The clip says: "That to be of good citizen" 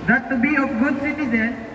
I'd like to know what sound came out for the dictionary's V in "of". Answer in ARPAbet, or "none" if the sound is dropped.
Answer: P